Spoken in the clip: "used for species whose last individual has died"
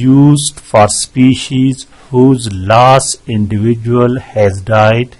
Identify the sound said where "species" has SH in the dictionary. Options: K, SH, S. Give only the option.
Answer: SH